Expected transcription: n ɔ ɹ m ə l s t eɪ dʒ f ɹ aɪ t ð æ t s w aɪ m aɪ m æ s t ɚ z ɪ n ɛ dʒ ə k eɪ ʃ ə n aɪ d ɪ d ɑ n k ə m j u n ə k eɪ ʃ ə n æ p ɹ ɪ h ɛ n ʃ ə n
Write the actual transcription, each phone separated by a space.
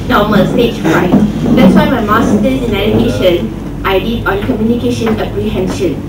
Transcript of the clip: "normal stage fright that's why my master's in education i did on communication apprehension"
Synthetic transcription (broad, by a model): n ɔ m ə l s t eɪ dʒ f aɪ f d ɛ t s w aɪ m aɪ m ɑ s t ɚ ɪ n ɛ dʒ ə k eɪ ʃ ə n aɪ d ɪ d ɑ n k ə m j u n ə k eɪ ʃ ə n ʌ p ɹ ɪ h ɛ n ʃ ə n